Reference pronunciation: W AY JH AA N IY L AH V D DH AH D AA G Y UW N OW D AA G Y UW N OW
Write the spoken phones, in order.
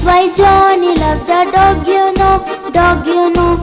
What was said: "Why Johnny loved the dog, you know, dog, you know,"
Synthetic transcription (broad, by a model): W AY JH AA N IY L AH B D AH D AA G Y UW N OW D AA G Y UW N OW